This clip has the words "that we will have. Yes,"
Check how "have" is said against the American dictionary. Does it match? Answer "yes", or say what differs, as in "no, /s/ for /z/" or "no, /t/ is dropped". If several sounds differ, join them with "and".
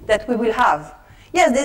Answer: yes